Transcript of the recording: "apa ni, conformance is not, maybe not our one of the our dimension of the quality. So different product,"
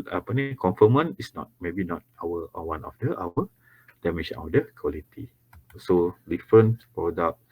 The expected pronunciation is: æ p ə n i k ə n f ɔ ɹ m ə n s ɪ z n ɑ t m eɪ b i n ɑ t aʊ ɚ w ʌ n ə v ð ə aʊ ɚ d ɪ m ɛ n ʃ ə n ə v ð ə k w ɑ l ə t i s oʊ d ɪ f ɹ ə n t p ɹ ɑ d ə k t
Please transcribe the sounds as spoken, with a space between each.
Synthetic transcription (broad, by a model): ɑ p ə n i k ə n f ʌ m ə n ɪ s n ɑ t m eɪ b i n ɑ t aʊ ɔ w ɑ n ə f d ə aʊ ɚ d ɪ m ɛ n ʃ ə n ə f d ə k w ɑ l ə t i s oʊ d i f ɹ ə n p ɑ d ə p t